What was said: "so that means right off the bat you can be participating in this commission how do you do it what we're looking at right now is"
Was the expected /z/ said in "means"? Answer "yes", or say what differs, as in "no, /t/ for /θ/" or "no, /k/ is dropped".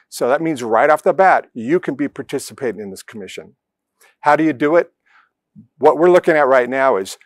yes